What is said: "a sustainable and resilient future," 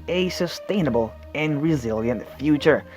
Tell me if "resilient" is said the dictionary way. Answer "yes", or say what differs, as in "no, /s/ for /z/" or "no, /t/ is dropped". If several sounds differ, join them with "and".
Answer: yes